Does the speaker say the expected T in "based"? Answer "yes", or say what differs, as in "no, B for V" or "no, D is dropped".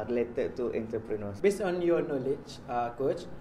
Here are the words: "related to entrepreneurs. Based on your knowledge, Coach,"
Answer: no, T is dropped